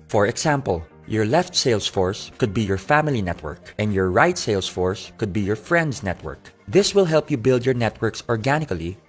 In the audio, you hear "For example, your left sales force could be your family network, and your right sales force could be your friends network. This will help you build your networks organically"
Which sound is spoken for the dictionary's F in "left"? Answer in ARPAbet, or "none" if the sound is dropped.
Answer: F